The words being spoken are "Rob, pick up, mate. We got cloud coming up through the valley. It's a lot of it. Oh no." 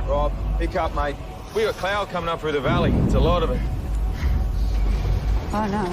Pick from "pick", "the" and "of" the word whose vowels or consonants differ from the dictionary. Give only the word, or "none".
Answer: none